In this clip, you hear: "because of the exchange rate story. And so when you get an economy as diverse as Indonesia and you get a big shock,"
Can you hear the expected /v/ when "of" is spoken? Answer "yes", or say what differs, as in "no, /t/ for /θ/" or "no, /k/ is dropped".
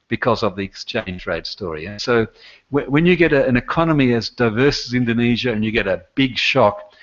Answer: yes